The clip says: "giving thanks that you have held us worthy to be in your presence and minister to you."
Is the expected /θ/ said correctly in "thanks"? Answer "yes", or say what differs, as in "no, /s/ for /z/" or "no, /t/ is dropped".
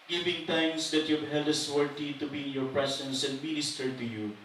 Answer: no, /t/ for /θ/